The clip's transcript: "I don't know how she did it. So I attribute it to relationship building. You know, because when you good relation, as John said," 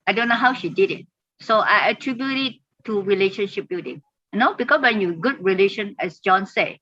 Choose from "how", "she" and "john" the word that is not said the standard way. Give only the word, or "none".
none